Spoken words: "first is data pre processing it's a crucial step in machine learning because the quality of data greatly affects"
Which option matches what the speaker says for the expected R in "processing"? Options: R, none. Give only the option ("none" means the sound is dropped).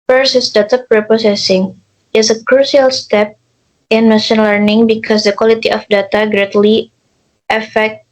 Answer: none